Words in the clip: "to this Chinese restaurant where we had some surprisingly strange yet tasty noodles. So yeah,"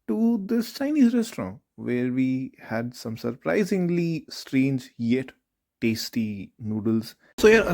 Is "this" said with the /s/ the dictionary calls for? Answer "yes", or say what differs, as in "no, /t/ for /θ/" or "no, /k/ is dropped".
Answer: no, /s/ is dropped